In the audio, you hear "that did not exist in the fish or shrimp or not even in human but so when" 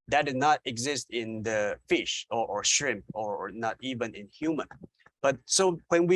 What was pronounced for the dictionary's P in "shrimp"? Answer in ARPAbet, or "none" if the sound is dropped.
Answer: P